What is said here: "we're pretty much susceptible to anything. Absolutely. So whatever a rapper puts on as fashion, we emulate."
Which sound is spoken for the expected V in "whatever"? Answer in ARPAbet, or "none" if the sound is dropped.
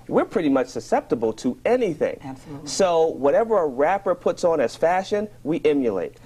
V